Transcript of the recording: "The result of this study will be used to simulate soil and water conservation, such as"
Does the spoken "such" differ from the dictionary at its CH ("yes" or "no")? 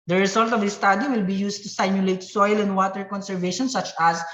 no